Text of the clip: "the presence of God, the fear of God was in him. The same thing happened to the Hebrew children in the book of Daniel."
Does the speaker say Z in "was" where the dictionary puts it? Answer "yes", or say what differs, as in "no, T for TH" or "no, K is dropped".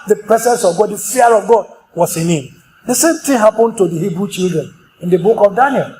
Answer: no, S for Z